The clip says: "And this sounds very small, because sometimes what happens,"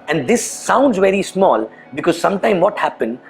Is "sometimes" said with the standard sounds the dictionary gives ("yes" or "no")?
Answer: no